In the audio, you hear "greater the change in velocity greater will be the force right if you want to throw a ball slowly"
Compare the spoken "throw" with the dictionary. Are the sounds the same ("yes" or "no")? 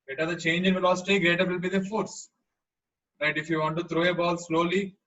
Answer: no